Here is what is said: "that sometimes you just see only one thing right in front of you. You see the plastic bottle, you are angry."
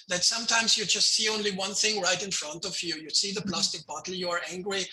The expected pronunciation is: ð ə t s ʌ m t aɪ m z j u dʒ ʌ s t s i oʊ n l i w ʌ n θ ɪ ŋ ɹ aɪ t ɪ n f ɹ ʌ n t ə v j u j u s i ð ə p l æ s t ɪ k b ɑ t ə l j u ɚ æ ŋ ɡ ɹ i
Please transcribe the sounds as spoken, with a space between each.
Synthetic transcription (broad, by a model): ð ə t s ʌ m t aɪ m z j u dʒ ʌ s t s i oʊ n l i w ʌ n θ ɪ ŋ ɹ aɪ t ɪ n f ɹ ʌ n t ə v j u j u s i ð ə p l æ s t ɪ k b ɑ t l j u ɚ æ ŋ ɡ ɹ i